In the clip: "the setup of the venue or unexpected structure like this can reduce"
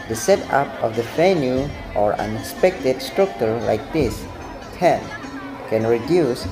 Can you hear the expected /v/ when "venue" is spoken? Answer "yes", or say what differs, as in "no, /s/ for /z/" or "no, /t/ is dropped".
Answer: no, /f/ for /v/